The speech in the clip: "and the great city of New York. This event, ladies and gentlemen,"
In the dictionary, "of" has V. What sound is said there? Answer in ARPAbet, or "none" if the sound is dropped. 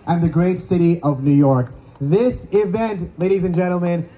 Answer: V